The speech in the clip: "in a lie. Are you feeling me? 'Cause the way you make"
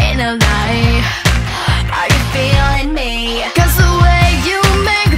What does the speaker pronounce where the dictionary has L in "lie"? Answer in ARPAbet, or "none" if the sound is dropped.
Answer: N